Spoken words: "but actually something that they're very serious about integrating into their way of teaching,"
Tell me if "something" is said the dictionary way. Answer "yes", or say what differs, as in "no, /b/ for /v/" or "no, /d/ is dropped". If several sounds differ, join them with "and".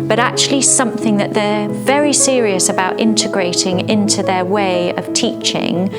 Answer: yes